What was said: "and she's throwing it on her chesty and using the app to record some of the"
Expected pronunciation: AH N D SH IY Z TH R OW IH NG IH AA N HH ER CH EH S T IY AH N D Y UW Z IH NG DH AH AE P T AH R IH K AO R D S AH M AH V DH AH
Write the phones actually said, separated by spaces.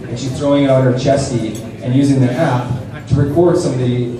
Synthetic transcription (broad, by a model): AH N SH IY Z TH R OW IH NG IH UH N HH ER CH EH S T IY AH N Y UW Z IH NG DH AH AE P T AH R IH K AO R D S AH M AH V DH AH